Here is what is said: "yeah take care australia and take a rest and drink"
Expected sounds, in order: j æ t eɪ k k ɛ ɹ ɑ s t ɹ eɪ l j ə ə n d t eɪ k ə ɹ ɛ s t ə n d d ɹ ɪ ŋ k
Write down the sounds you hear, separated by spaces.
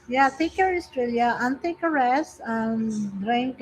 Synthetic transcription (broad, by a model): j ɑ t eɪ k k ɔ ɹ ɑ s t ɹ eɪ l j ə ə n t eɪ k ə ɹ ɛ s ə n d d ɹ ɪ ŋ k